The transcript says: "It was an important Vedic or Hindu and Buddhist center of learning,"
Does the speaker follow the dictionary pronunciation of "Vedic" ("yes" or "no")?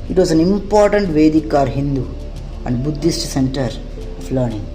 yes